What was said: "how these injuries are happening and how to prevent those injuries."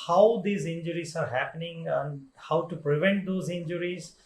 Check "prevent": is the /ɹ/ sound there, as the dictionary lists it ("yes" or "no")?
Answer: yes